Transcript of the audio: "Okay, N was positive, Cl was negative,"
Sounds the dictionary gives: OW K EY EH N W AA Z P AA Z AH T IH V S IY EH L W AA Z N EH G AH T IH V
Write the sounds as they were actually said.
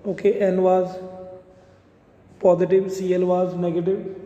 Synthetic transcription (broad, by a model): OW K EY EH N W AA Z P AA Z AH T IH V S IY EH L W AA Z N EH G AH T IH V